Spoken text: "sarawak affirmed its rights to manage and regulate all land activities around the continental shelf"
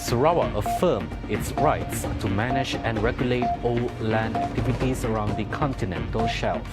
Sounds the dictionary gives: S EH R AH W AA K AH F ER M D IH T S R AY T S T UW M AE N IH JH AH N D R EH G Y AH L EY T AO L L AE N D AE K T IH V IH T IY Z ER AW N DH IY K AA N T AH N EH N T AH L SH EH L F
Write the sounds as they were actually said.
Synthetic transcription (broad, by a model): S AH R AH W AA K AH F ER M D IH T S R AY T S T UW M AE N IH JH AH N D R EH G Y AH L EY T AO L L AE N D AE K T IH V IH T IY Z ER AW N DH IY K AA N T AH N EH N T AH L SH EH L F